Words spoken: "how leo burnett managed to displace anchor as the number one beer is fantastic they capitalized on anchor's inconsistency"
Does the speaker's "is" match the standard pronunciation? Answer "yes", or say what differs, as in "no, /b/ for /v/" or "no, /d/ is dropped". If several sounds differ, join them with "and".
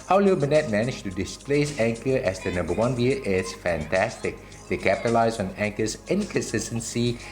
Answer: no, /s/ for /z/